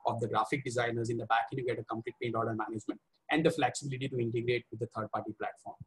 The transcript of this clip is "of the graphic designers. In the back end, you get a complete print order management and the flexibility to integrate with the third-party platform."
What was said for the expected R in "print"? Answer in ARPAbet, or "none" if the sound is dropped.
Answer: none